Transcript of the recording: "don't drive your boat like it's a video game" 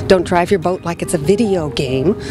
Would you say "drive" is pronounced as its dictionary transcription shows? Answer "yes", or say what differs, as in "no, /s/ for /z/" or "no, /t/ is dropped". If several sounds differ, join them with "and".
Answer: yes